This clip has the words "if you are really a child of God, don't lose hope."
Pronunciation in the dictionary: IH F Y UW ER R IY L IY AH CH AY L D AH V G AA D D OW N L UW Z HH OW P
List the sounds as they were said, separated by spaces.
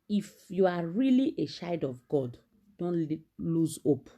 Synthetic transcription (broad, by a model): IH F Y UW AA R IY L IY AH SH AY D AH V G AA D D OW N L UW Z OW P